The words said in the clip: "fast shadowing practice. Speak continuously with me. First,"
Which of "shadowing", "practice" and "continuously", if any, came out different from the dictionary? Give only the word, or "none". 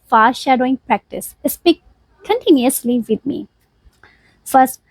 none